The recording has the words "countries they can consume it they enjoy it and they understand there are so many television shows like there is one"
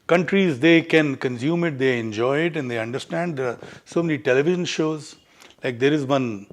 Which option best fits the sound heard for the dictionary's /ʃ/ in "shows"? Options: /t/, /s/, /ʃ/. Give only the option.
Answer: /ʃ/